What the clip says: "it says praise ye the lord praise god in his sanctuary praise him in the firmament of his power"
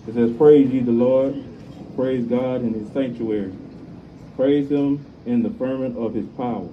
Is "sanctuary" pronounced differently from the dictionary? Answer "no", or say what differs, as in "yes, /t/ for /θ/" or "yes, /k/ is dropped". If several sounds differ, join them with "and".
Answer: no